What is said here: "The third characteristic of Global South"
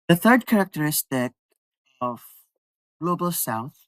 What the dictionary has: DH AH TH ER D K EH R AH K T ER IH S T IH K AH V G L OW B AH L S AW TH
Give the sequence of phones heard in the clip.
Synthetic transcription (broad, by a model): DH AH TH ER D K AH R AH K T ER IH S T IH K AH V G L OW B AH L S AW TH